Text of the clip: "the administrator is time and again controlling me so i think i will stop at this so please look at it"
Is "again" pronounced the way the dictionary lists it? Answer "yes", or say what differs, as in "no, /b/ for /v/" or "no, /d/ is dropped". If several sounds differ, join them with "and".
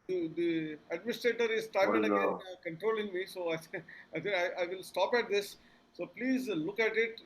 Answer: no, /l/ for /n/